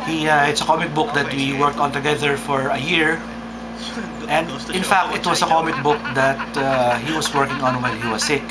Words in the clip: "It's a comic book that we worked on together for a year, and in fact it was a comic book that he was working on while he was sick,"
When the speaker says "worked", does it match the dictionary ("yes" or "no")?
yes